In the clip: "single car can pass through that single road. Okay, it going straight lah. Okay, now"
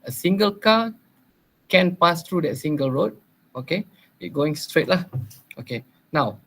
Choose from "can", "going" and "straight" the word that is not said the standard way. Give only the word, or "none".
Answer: none